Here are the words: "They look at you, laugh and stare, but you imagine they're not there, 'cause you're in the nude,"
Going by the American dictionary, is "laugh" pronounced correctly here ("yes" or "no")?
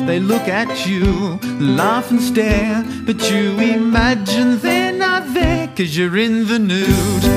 yes